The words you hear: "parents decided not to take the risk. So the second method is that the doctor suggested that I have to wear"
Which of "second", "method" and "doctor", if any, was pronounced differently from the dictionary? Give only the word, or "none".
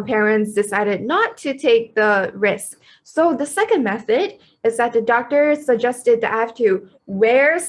none